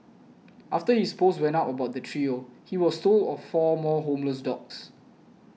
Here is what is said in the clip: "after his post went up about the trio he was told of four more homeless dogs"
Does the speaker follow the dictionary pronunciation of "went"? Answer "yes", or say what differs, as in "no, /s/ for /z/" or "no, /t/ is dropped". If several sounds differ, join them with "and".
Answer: no, /t/ is dropped